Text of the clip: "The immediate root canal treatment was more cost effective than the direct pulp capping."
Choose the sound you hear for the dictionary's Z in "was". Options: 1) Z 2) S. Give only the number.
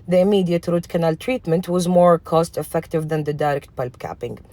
1